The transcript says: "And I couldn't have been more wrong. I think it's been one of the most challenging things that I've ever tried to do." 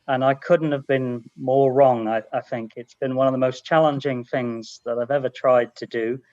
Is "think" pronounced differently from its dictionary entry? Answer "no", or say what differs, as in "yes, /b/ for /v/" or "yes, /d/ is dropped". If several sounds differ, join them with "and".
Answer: no